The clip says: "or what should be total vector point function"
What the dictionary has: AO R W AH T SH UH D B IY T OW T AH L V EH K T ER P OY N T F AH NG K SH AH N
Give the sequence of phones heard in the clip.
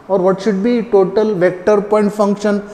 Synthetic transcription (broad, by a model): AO R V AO T SH UH D B IY T OW T AH L V EH K T ER P OY N T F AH NG K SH AH N